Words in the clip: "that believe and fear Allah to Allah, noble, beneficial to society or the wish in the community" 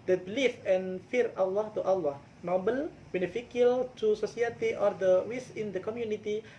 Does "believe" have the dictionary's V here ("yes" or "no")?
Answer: no